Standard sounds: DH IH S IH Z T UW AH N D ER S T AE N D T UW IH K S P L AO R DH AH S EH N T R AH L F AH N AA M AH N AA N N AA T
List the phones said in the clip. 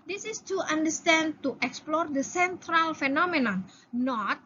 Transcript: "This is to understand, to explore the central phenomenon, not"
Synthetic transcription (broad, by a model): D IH S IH S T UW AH N D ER S T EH N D T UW IH K S P L AO R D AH S EH N T R AH L F AH N AA M AH N AA N N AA T